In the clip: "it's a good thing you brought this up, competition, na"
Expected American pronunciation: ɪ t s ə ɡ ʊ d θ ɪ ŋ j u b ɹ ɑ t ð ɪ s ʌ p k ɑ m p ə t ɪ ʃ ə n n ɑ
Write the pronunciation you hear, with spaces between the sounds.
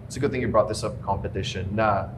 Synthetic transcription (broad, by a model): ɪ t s ə ɡ ʊ d θ ɪ ŋ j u b ɹ ɑ t ð ɪ s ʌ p k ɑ m p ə t ɪ ʃ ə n n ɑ